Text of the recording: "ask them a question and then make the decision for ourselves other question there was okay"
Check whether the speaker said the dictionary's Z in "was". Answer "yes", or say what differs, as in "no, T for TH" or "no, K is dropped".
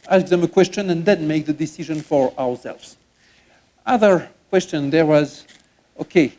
yes